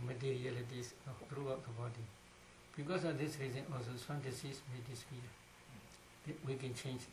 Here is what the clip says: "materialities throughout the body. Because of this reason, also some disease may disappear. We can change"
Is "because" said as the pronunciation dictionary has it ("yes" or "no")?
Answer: no